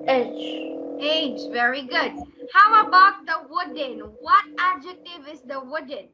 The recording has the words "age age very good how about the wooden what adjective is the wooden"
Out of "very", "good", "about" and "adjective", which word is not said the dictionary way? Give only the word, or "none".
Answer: none